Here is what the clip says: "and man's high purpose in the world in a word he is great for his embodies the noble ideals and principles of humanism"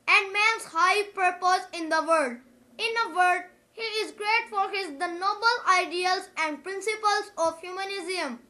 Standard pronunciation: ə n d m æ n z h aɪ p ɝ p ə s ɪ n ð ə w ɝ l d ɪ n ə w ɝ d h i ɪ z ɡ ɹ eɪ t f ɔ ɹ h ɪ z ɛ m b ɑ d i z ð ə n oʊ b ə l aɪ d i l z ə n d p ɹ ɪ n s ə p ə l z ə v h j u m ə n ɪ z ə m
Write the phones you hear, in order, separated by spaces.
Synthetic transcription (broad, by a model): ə n d m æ n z h aɪ p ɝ p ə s ɪ n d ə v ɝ d ɪ n ə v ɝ d h i ɪ z ɡ ɹ eɪ t f ɔ ɹ h ɪ z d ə n oʊ b ə l aɪ d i l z ə n d p ɹ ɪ n s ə p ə l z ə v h j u m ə n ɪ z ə m